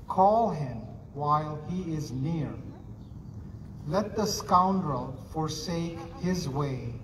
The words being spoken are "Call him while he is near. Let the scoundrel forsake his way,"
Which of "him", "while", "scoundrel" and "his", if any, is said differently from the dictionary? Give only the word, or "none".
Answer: none